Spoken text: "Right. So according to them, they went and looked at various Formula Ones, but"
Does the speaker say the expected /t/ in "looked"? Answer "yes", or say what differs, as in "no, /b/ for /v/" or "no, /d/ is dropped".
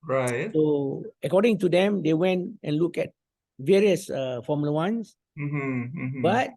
no, /t/ is dropped